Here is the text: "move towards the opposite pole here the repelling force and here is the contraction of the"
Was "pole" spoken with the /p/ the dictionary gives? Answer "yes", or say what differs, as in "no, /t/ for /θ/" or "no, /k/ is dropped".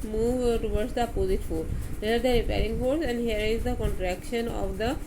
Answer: no, /f/ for /p/